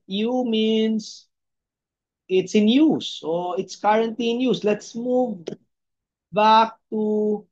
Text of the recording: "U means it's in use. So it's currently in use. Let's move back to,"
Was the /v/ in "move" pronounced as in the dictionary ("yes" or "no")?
yes